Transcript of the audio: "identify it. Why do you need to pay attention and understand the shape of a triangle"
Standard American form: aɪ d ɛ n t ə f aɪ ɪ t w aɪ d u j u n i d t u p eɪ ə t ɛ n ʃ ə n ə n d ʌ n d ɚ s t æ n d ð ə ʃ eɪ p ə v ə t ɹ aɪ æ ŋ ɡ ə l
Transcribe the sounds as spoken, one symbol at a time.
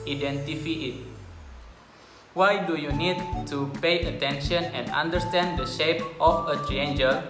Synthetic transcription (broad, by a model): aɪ d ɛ n t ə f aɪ ɪ t w aɪ d u j u n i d t u p eɪ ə t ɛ n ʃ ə n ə n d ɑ n d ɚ s t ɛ n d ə ʃ eɪ p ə f ə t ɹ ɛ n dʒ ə